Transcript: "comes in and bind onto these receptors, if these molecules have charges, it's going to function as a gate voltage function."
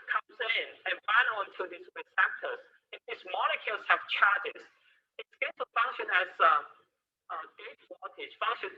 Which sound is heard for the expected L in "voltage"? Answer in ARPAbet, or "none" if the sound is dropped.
none